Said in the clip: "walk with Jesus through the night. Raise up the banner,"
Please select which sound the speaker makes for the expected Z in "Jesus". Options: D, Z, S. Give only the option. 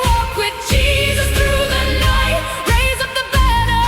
Z